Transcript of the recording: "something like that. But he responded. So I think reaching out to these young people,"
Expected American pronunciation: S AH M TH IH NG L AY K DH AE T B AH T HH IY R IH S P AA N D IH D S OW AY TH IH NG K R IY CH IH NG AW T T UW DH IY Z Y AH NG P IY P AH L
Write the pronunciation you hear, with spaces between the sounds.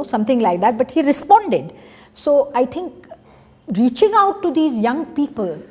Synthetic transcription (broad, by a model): S AH M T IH NG L AY K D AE T B AH T HH IY R IH S P AA N D IH D S OW AY T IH NG K R IY CH IH NG AW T T UW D IY Z Y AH NG P IY P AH L